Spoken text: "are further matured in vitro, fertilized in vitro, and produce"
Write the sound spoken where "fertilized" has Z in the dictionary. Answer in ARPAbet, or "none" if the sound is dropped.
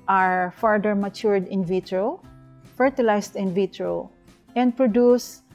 S